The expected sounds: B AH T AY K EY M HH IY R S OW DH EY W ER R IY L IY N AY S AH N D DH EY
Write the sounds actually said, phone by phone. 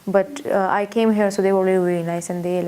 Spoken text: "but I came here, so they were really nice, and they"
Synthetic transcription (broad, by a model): B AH T AY K EY M HH IY R S OW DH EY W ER L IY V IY N AY S AH N D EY